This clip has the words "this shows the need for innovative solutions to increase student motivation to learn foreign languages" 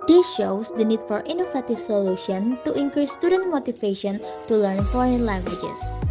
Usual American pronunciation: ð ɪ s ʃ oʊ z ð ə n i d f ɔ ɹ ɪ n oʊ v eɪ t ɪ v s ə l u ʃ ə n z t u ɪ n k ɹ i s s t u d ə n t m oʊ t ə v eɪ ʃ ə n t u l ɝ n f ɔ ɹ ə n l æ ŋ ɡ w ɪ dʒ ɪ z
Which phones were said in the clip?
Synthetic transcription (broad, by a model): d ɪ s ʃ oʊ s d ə n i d f ɔ ɹ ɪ n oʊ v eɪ t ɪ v s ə l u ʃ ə n t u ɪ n k ɹ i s s t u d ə n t m oʊ t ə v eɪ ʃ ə n t u l ɝ n f ɔ ɹ ə n l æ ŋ ɡ w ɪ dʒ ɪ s